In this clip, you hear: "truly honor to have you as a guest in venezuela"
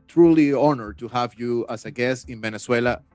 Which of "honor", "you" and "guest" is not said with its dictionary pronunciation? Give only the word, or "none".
guest